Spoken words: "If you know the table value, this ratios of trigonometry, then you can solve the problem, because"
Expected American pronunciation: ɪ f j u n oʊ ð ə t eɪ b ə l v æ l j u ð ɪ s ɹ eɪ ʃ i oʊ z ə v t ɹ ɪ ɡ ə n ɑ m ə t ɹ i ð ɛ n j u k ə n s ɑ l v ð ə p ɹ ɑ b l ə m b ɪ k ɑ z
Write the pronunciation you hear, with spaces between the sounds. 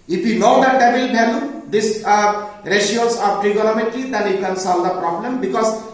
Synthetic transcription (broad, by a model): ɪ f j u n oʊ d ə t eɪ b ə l b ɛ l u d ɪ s ɹ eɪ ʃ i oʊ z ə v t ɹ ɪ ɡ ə l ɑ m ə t l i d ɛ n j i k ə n s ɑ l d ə p ɹ ɑ b l ə m b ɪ k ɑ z